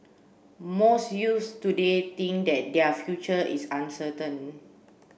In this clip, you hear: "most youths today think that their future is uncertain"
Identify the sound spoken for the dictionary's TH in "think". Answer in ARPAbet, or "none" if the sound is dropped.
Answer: T